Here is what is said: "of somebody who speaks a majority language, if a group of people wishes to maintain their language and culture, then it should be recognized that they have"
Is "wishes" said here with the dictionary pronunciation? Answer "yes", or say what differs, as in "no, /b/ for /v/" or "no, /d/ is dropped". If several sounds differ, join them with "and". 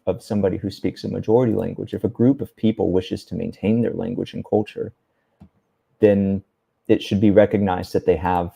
yes